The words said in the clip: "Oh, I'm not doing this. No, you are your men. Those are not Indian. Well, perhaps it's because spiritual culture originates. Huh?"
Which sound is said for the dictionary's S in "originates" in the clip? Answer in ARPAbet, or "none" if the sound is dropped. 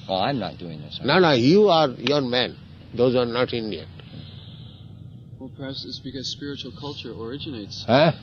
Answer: S